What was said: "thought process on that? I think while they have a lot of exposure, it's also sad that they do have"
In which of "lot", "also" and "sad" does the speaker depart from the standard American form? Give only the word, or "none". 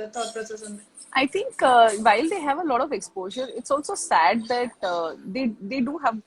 none